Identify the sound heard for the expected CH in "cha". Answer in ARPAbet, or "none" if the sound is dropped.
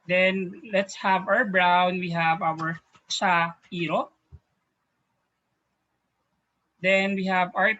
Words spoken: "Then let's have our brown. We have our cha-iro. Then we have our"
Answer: S